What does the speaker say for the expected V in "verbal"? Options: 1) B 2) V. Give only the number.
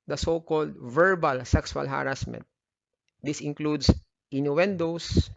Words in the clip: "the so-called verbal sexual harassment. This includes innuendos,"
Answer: 2